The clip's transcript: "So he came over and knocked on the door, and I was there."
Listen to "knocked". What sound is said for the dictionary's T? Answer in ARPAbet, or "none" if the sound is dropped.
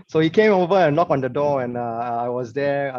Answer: none